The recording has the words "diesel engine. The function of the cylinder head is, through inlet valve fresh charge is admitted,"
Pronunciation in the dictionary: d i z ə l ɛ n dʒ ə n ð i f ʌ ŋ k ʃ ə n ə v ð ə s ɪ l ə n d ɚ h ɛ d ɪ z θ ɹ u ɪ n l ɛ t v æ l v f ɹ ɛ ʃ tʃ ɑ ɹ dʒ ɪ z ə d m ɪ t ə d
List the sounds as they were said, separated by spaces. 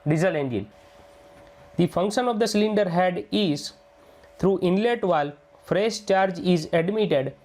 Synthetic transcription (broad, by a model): d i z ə l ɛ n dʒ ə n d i f ʌ ŋ k ʃ ə n ə v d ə s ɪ l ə n d ɚ h ɛ d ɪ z t ɹ u ɪ n l ɛ t v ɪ l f ɹ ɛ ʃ tʃ ɑ ɹ dʒ ɪ z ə d m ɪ t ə d